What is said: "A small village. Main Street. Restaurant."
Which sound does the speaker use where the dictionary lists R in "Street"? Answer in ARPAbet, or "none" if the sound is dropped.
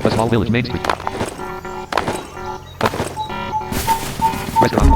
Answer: none